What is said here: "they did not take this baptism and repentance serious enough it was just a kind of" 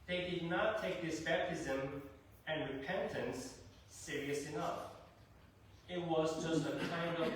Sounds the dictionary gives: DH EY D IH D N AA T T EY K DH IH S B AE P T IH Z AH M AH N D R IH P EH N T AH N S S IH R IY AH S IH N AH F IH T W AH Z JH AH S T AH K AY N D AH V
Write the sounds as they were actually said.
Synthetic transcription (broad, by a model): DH EY D IH D N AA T T EY K DH IH S B AE P T IH Z AH M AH N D R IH P EH N T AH N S S IH R IY AH S IH N AH F IH T W AH Z JH AH S T AH K AY N D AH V